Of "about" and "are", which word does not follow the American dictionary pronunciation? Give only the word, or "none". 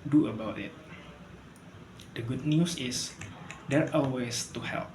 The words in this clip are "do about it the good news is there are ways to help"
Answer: are